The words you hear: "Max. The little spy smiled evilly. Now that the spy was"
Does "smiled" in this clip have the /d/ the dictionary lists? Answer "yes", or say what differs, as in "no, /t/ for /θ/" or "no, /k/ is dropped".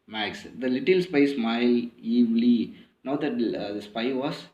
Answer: no, /d/ is dropped